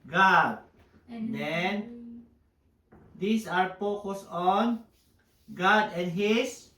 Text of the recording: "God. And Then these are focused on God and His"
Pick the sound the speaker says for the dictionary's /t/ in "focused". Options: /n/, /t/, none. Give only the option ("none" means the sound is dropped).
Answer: none